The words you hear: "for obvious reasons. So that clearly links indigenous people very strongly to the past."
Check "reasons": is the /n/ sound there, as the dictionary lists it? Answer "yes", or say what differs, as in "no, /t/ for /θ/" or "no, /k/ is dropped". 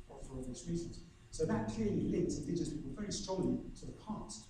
no, /n/ is dropped